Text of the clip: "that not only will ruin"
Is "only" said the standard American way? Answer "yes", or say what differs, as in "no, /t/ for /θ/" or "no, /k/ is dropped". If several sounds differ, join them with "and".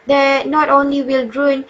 yes